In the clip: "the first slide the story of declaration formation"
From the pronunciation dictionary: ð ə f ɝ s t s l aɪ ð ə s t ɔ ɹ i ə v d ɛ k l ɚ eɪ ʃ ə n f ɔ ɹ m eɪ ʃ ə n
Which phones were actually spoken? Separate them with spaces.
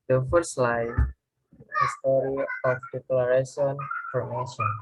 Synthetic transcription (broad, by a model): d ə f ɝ t s l aɪ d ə s t ɔ ɹ i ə f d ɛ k l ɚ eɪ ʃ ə n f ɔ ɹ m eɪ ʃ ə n